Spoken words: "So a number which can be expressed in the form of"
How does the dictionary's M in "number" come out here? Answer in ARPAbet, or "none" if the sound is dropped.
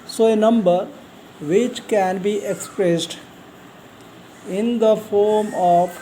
M